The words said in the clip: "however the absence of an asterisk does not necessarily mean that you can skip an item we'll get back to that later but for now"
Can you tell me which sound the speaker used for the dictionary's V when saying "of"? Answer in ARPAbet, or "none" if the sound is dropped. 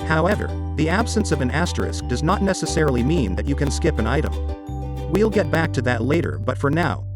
V